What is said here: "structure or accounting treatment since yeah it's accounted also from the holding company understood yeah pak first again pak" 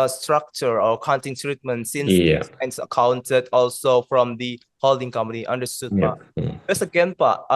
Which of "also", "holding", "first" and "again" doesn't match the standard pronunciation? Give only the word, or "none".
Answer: first